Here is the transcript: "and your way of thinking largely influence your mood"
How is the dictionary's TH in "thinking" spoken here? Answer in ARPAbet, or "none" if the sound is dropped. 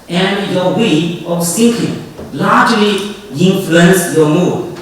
S